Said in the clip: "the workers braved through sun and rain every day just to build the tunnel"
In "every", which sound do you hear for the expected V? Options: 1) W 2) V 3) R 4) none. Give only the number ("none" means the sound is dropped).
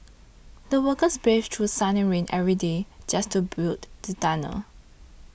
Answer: 2